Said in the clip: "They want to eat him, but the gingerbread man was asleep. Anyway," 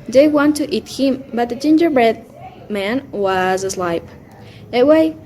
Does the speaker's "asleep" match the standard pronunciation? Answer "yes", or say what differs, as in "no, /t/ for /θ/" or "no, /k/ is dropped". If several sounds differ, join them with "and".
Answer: no, /p/ is dropped